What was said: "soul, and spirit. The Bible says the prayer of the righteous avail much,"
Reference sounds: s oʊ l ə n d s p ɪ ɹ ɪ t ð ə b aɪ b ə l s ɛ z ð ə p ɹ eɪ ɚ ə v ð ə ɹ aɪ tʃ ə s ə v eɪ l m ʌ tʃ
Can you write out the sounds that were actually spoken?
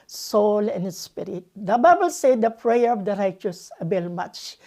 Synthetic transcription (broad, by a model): s oʊ l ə n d s p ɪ ɹ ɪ t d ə b aɪ b ə l s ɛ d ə p ɹ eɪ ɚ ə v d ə ɹ aɪ tʃ ə s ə b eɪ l m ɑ tʃ